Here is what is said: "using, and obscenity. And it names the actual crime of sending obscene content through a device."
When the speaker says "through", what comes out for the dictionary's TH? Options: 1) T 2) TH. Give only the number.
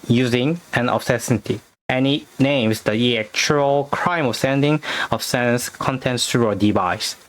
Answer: 1